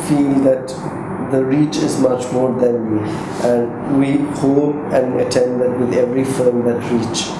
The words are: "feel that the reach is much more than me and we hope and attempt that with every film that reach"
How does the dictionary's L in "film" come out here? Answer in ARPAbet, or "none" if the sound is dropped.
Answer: none